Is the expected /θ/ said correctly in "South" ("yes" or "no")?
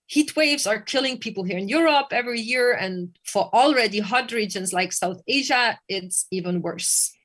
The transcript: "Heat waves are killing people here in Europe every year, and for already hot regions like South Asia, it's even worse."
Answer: yes